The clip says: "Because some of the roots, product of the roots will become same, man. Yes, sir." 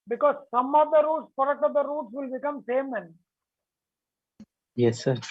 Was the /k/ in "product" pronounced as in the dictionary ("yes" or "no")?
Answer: no